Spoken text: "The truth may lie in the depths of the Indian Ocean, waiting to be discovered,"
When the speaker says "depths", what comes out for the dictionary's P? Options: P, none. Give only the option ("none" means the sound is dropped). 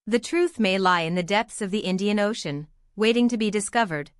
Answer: P